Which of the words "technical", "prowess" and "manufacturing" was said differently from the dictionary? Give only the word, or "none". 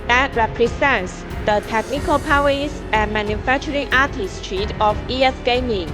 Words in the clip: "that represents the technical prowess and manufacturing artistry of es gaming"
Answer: prowess